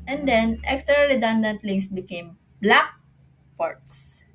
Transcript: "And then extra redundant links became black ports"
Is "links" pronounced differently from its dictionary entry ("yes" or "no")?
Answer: yes